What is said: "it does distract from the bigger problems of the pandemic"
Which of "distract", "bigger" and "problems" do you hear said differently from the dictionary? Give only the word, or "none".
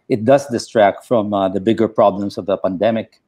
problems